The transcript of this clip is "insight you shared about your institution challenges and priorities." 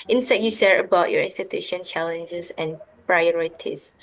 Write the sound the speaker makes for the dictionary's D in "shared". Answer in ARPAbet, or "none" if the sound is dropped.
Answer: none